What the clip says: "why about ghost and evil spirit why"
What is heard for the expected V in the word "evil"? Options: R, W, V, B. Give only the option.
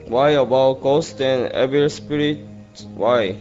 B